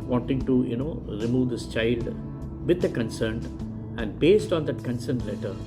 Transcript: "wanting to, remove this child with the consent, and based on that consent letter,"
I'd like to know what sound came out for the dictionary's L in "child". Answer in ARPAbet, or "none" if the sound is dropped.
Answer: L